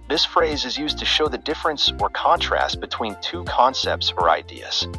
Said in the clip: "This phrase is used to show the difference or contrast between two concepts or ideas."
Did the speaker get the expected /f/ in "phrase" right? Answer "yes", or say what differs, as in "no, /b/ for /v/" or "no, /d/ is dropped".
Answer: yes